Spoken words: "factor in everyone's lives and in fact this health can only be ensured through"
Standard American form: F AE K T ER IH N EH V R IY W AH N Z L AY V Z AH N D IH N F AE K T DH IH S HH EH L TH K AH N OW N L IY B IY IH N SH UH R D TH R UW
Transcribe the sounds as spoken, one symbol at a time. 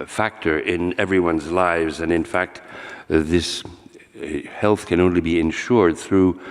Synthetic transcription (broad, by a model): F AE K T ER IH N EH V R IY W AH N Z L AY V Z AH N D IH N F AE K T DH IH S HH EH L TH K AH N OW N L IY B IY IH N SH UH R D TH R UW